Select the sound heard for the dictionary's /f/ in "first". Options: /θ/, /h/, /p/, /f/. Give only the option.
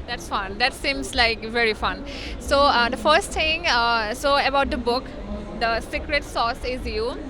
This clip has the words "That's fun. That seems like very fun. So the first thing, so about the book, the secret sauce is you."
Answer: /f/